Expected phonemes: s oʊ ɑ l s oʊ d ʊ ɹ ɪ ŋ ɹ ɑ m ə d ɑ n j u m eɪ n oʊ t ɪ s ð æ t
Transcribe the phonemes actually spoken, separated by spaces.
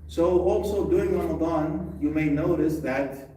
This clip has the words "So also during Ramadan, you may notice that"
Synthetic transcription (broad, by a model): s oʊ ɑ l s oʊ d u ɪ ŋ ɹ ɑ m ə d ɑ n j u m eɪ n oʊ t ɪ s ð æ t